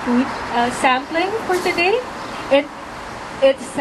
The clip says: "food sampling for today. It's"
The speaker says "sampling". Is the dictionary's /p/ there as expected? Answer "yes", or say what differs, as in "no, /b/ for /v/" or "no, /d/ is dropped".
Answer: yes